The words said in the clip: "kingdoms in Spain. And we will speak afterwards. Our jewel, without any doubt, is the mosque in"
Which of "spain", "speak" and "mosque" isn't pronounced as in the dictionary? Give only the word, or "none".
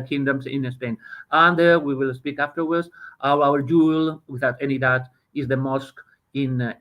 none